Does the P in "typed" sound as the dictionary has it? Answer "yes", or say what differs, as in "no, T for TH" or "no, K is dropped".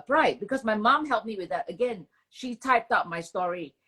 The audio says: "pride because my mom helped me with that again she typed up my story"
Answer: yes